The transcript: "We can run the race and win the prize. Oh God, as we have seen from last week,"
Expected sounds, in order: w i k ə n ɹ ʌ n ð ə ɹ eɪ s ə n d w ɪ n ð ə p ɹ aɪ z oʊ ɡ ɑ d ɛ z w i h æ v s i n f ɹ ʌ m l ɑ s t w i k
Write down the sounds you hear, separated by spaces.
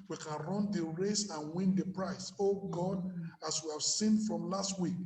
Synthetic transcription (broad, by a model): w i k ə n ɹ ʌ n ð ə ɹ eɪ s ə n w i n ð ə p ɹ aɪ s oʊ ɡ ɑ d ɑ s w i h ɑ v s i n f ɹ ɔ m l ɑ s t w i k